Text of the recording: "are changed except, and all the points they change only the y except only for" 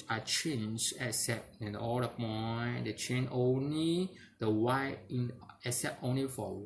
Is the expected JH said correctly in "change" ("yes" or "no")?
no